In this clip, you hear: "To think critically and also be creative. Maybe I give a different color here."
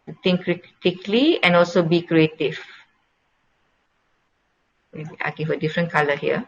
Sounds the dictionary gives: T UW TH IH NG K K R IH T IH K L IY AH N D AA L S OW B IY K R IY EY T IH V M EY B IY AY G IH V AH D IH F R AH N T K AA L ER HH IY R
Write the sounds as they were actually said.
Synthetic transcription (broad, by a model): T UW T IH NG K K R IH T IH K L IY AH N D AA L S OW B IY K R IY EY T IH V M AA IY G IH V AH D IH F R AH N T K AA L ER HH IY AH